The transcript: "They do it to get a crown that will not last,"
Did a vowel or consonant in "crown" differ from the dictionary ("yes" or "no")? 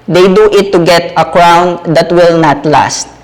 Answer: no